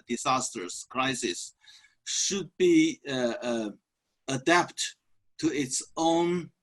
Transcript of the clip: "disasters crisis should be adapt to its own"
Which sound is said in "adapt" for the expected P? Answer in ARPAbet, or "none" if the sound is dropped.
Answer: P